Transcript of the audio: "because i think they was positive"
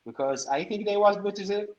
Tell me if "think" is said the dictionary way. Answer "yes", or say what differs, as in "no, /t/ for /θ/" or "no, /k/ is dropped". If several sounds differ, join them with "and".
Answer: yes